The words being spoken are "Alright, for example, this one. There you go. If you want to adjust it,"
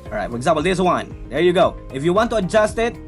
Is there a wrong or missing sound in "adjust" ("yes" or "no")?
no